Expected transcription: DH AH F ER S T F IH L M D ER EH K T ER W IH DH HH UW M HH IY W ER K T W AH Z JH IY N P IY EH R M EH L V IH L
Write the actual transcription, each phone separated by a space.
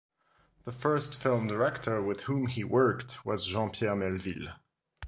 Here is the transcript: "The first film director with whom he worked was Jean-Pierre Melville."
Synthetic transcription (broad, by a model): DH AH F ER S T F IH L M D ER EH K T ER W IH DH HH UW M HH IY W ER K T W AH Z ZH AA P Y EH R M EH L V IH L